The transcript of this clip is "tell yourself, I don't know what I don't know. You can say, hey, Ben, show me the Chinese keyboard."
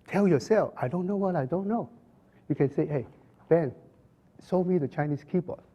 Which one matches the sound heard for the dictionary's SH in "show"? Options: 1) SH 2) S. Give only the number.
2